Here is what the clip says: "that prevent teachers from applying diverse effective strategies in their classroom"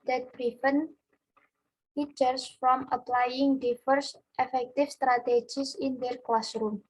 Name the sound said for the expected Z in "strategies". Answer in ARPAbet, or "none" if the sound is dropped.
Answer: S